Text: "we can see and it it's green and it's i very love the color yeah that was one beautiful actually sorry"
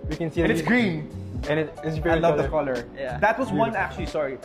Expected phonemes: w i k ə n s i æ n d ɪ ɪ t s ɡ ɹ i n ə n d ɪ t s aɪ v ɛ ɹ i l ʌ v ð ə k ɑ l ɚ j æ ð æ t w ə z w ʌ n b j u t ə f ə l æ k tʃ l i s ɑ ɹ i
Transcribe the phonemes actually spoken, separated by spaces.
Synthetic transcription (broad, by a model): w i k ə n s i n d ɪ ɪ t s ɡ ɹ i n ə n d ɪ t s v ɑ i l ʌ v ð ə k ɑ l ɚ j æ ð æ t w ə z w ʌ n æ k tʃ l i s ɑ ɹ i